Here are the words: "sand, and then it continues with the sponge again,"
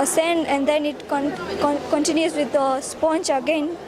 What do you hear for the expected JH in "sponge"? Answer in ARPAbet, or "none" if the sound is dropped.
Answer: CH